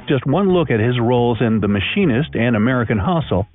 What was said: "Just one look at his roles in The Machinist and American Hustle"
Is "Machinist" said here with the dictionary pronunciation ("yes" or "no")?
yes